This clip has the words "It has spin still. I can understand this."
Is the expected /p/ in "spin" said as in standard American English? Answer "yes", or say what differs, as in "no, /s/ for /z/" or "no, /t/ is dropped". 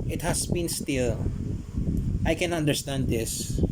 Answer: no, /b/ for /p/